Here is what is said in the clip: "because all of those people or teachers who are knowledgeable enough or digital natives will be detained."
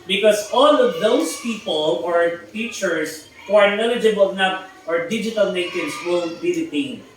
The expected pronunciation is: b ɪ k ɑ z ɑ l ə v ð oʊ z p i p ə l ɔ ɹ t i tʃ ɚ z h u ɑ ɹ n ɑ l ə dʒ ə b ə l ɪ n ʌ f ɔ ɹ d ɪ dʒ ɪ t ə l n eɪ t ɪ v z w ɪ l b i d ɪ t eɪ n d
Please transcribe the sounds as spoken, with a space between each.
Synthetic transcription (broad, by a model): b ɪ k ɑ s ɑ l ə v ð oʊ s p i p ə l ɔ ɹ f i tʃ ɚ s h u ɑ ɹ n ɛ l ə dʒ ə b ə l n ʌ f ɔ ɹ d ɪ dʒ ɪ t ə l n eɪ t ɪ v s w ɪ l b i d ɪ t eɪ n